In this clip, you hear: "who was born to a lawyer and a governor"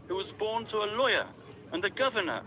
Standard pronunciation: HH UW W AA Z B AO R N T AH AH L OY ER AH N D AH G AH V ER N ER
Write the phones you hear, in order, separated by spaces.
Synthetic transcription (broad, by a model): HH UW W AA Z B AO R N T AH AH L OY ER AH N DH AH G AH V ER N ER